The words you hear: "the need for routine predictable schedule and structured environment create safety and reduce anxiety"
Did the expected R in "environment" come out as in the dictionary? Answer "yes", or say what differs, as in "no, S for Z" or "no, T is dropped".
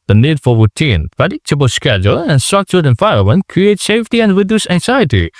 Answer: no, R is dropped